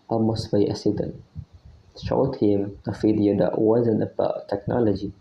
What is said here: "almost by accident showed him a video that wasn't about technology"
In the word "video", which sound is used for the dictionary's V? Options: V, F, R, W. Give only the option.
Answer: F